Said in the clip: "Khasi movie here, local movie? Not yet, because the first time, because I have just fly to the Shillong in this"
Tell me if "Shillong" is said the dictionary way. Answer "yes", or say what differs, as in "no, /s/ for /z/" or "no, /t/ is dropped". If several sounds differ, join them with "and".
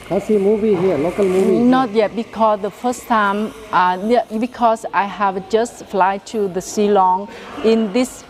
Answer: no, /s/ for /ʃ/